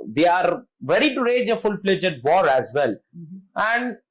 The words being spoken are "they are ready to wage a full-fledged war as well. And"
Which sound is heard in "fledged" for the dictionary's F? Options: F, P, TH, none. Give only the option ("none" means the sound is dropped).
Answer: P